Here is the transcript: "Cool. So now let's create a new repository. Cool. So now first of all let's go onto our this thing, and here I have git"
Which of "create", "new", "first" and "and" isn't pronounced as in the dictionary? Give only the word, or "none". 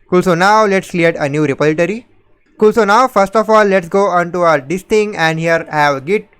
create